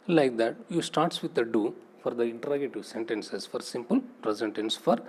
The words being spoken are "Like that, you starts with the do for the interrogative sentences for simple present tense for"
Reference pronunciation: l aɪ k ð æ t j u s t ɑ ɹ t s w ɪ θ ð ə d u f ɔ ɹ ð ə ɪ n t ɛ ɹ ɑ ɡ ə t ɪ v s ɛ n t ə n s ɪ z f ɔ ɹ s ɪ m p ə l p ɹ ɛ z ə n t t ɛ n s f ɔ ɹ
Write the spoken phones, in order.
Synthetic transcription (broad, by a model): l aɪ k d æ t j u s t ɑ ɹ t s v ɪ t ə d u f ɔ ɹ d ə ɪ n t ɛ ɹ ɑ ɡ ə t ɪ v s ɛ n t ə n s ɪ s f ɔ ɹ s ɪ m p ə l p ɹ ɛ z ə n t t ɛ n s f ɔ ɹ